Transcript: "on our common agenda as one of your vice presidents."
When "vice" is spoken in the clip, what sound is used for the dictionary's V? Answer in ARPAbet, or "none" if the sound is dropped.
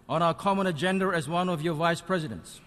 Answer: V